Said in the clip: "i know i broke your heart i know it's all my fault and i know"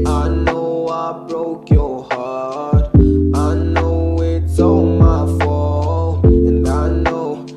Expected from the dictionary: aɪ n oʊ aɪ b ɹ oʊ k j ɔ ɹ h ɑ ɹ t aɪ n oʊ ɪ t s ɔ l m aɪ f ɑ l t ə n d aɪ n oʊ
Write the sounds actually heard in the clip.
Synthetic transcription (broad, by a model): aɪ n oʊ aɪ b ɹ oʊ k j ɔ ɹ h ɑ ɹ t aɪ n oʊ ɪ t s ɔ m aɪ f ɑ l ə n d aɪ n oʊ